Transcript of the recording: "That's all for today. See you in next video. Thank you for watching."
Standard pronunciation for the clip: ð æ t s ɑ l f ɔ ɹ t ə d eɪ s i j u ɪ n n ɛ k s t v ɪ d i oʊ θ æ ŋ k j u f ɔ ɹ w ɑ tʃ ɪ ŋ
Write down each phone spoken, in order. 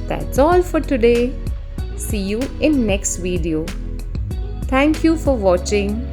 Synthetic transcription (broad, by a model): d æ t s ɑ l f ɔ ɹ t ə d eɪ s i j u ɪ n n ɛ k s t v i d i oʊ t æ ŋ k j u f ɔ ɹ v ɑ tʃ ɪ ŋ